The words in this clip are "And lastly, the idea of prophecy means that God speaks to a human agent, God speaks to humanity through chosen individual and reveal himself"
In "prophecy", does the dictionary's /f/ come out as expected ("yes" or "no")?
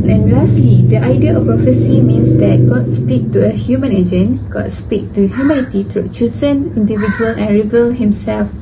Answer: yes